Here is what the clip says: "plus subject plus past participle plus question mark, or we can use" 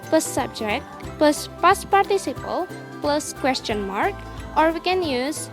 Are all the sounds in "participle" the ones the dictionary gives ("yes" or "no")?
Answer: yes